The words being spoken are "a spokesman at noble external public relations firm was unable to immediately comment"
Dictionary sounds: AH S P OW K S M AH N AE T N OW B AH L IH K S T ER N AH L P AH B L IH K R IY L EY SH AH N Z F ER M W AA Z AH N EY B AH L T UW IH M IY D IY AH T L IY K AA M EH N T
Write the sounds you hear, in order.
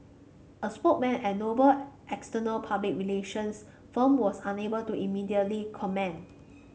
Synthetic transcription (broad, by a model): AH S P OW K M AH N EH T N OW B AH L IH K S T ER N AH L P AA B L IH K R IY L EY SH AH N S F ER M W AA S AH N EY B AH L T UW IH M IY D IY AH T L IY K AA M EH N